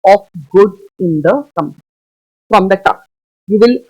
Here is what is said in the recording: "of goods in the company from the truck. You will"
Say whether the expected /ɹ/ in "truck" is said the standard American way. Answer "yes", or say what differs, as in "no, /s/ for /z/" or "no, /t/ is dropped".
no, /ɹ/ is dropped